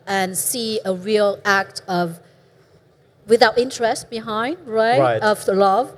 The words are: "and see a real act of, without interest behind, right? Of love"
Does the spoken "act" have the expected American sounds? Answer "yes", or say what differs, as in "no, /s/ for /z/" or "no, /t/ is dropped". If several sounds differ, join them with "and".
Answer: yes